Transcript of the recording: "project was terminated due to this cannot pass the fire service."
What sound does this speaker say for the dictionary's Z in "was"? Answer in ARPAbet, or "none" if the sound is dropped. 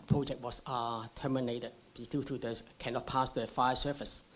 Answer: S